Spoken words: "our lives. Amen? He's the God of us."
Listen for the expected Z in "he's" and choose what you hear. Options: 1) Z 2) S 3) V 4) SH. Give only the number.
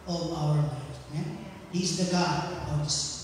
1